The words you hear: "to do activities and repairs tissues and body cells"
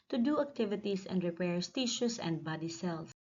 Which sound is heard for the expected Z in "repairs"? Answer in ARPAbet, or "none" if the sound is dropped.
S